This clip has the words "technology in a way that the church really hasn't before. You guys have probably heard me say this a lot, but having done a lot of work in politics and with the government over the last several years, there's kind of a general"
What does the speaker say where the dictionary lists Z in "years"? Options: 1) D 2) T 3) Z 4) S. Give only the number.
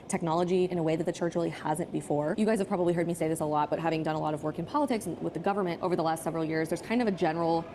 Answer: 3